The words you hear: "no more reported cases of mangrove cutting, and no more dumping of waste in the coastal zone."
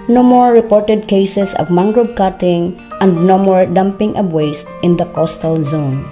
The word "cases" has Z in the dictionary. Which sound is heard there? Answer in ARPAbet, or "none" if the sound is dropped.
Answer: S